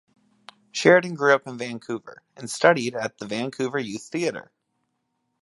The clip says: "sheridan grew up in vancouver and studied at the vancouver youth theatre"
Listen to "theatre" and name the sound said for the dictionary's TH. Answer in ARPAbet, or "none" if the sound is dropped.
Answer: TH